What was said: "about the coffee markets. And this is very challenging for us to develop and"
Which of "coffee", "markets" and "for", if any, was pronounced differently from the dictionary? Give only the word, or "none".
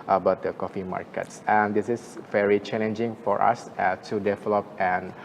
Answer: none